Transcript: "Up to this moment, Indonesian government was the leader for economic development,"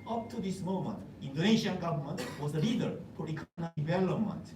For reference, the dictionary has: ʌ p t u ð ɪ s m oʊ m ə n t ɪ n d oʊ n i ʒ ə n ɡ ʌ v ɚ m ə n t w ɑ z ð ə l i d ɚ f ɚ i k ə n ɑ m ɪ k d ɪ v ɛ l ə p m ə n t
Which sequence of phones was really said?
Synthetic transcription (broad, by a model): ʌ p t u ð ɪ s m oʊ m ə n t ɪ n d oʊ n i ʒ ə n ɡ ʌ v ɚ m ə n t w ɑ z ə l i d ɚ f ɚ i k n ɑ ɪ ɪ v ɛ l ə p m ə n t